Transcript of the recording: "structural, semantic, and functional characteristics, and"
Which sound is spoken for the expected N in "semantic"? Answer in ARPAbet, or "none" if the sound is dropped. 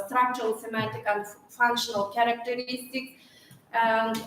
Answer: none